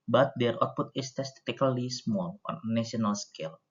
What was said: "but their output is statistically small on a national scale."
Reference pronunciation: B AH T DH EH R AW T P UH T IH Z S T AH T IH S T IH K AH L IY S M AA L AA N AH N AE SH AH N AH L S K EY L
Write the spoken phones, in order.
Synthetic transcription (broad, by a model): B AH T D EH R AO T P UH T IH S T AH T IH T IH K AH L IY S M AA L AA N AH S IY AH N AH L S K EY L